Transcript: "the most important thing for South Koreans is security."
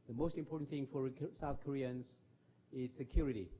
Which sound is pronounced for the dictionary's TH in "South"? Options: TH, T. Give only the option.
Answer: TH